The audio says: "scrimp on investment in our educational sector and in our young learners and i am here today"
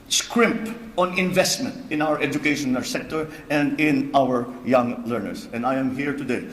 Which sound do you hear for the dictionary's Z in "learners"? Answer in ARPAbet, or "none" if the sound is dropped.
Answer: S